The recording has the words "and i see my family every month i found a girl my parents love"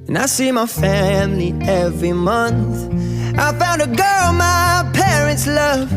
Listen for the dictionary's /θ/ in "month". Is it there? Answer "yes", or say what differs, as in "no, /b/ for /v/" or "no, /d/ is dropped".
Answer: yes